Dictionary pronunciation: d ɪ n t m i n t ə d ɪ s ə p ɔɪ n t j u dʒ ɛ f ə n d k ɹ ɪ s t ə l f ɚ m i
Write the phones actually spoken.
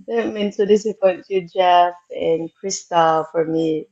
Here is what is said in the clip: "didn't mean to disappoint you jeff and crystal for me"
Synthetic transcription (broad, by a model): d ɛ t m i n s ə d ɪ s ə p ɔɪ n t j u dʒ ɛ f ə n k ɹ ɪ s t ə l f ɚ m i